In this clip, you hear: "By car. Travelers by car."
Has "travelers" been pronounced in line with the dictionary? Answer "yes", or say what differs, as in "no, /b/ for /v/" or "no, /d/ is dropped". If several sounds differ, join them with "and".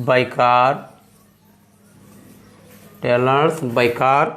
no, /ɹ/ is dropped and /v/ is dropped and /s/ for /z/